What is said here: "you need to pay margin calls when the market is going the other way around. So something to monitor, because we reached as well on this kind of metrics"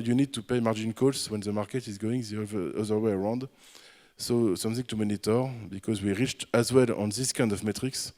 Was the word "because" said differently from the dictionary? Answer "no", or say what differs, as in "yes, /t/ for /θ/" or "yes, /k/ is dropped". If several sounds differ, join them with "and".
no